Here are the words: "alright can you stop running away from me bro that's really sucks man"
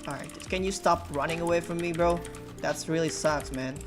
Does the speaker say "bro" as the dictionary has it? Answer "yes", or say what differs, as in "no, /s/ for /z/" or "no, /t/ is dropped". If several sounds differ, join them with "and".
yes